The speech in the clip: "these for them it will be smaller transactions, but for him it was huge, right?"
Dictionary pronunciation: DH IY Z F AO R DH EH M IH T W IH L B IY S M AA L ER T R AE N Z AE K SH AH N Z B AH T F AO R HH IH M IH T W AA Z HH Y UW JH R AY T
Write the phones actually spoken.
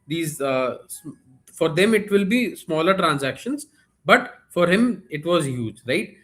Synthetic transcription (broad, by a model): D IY Z F AO R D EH M IH T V IH L B IY S M AA L ER T R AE N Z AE K SH AH N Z B AH T F AO R HH IH M IH T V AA Z HH Y UW JH R AY T